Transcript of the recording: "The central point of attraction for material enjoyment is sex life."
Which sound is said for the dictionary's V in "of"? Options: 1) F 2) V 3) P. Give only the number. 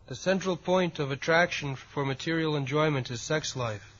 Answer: 2